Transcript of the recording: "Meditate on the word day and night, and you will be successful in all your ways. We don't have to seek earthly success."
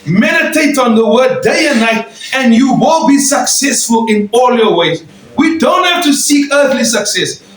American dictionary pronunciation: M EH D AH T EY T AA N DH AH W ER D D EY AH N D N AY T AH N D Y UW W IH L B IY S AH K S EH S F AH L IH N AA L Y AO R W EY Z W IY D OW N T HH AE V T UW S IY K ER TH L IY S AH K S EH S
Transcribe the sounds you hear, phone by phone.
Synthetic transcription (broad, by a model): M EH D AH T EY T AA N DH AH W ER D D EY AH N N AY T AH N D Y UW W IH L B IY S AH K S EH S F AH L IH N AA L Y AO W EY Z W IY D OW N T HH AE F T UW S IY K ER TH L IY S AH K S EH S